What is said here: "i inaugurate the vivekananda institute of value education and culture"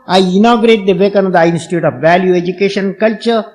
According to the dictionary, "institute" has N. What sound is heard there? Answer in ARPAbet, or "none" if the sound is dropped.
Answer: N